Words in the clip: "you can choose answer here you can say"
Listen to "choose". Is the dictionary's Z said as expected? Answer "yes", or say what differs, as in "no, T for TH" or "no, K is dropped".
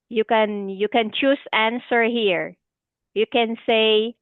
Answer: no, S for Z